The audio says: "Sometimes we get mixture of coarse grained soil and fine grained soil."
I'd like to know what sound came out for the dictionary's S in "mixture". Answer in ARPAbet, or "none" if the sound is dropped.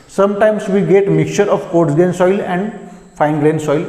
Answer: none